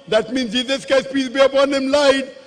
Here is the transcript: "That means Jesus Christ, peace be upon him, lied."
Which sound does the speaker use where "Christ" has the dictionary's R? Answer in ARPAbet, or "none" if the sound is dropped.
none